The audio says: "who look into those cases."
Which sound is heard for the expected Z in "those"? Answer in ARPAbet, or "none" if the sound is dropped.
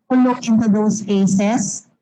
S